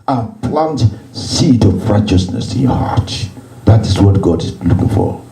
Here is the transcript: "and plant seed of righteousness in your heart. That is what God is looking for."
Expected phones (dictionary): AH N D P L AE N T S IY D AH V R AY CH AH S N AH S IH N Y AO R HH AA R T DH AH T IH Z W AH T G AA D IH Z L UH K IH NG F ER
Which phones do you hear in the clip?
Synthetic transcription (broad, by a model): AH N P L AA N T S IY D AH V R AY CH AH S N AH S IH N Y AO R HH AA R T DH AH T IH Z W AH T G AA D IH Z L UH K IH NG F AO